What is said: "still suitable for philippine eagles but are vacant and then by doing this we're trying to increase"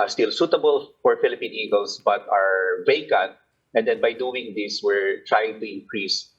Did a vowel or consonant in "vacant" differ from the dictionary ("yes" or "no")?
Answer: no